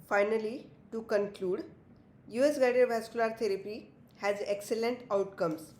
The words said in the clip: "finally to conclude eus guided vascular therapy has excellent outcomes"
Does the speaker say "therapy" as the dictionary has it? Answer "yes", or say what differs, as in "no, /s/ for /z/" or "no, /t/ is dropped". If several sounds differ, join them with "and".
no, /t/ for /θ/